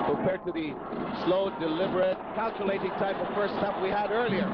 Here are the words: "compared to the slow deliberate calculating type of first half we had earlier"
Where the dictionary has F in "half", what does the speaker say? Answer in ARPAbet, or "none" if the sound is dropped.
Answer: P